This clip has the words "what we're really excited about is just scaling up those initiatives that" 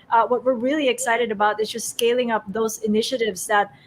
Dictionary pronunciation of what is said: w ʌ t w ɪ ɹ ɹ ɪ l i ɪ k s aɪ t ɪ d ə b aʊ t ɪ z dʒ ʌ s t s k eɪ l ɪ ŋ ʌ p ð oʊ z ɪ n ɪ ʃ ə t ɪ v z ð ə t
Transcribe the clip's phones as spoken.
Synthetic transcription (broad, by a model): w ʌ t w ɪ ɹ ɹ ɪ l i ɪ k s aɪ t ɪ d ə b aʊ t ɪ z dʒ ʌ s t s k eɪ l ɪ ŋ ʌ p ð oʊ z ɪ n ɪ ʃ ə t ɪ v z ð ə t